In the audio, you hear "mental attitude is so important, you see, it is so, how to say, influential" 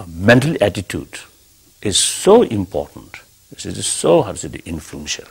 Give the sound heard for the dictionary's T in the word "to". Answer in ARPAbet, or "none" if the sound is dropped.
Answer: S